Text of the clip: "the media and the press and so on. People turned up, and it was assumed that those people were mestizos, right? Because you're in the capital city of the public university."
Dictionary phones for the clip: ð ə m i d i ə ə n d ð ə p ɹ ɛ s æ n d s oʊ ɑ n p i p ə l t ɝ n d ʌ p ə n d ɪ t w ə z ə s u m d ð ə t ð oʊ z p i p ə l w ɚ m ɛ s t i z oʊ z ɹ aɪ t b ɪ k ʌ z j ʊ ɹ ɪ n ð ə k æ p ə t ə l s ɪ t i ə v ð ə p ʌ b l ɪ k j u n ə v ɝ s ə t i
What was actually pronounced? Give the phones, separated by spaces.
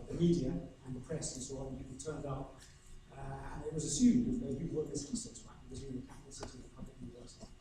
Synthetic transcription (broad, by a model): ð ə m i d i ə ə n ð ə p ɹ ɛ s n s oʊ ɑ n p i ə t ɝ n d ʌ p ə n ɪ t w ə z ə s u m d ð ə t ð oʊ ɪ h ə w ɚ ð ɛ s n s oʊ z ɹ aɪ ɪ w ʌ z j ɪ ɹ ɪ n ð ə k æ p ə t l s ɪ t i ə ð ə p ʌ b l ɪ k j u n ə v ɝ s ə t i